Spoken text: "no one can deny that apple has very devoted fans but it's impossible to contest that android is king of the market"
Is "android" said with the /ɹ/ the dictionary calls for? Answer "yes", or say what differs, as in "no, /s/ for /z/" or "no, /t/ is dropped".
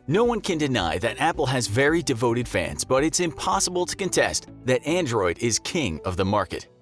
yes